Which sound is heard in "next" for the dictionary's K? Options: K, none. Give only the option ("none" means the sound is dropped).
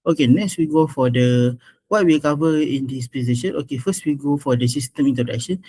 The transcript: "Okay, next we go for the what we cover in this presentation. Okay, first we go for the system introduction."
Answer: K